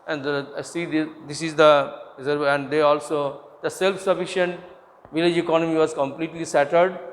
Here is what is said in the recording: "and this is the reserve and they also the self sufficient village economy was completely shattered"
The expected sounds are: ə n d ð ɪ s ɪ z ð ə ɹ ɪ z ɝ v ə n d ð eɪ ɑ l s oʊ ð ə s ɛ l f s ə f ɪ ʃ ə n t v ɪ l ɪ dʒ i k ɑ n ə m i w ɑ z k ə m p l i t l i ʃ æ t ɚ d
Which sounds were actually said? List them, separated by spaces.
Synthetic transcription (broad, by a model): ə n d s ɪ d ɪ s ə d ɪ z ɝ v ə n d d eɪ ɑ l s oʊ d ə s ɛ l f s ə f ɪ ʃ ə n t v ɪ l ɪ dʒ i k ɑ n ə m i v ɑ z k ə m p l i t l i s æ t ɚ d